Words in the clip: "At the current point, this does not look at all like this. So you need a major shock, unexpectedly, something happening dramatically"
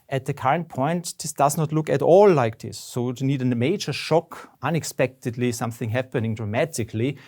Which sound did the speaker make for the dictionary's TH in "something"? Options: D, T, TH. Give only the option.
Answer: TH